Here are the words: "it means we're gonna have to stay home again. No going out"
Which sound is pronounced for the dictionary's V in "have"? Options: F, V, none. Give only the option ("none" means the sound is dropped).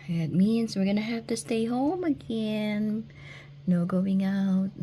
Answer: F